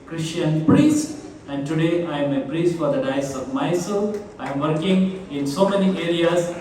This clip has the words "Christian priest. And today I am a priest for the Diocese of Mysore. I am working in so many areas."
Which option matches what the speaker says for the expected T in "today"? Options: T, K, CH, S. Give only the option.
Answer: T